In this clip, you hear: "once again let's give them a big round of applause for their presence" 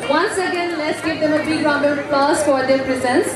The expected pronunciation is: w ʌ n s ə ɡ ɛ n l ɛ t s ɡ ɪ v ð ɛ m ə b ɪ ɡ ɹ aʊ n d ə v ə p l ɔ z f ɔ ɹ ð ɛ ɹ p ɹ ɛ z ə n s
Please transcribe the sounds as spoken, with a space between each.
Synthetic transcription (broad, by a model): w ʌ n s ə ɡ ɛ n l ɛ t s ɡ ɪ v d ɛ m ə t ɹ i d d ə b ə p l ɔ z f ɔ ɹ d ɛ ɹ p ɹ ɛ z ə n s